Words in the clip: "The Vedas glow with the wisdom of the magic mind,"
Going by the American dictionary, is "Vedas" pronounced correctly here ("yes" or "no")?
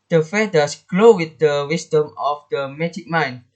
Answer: no